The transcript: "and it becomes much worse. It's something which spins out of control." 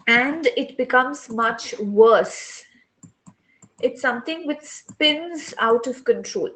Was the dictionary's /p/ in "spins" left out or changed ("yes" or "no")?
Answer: no